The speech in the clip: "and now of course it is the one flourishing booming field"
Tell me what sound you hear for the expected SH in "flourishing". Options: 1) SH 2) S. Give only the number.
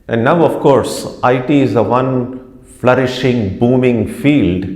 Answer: 1